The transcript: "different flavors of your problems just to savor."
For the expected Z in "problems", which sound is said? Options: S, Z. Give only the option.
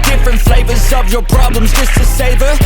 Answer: Z